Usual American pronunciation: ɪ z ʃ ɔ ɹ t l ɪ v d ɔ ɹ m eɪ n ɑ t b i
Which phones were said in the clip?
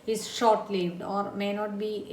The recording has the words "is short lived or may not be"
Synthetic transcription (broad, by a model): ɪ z ʃ ɔ ɹ t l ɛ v d ɔ ɹ m eɪ n ɑ t b i